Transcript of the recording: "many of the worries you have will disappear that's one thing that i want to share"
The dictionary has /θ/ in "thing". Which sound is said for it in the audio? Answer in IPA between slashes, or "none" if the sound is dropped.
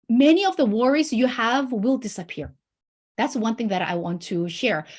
/θ/